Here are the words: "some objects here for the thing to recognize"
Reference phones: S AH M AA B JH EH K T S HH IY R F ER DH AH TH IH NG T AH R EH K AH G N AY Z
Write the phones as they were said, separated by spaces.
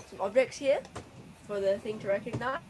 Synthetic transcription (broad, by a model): S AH M AA B JH EH K T S HH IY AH F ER DH AH TH IH NG T AH R EH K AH G N AY